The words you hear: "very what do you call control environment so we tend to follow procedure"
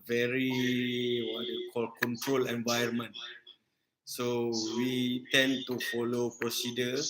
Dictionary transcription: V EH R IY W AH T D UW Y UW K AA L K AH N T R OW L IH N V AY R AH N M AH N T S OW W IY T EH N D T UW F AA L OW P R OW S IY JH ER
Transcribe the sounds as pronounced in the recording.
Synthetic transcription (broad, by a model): V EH R IY W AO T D Y UW K AA L K AH N T R OW L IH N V AY AH N M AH N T S OW W IY T EH N T UW F AA L OW P R OW S IY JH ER